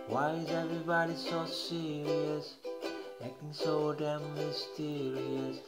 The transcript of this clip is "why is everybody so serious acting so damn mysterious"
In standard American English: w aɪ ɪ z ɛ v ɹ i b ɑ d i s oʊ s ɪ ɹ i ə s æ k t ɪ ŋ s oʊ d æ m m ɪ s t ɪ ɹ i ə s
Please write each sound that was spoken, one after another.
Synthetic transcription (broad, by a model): w aɪ ɪ z ɛ v ɹ i b ɑ d i s oʊ s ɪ ɹ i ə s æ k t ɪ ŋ s oʊ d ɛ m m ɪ s t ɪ ɹ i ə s